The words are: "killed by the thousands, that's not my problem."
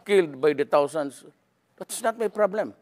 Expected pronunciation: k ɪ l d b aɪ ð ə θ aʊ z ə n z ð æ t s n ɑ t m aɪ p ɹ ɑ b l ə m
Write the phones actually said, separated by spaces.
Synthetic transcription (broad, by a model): k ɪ l d b aɪ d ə t aʊ s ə n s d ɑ t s n ɑ t m aɪ p ɹ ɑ b l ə m